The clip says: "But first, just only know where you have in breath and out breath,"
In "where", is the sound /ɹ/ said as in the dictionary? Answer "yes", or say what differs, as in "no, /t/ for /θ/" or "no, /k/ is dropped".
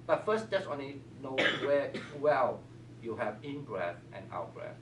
no, /l/ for /ɹ/